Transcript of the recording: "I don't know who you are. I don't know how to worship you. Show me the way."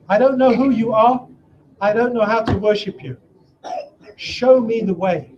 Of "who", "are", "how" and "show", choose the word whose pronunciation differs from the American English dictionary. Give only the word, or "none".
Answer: none